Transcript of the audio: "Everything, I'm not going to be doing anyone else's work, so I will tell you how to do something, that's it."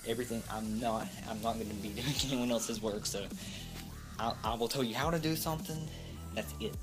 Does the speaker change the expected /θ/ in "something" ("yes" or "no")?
no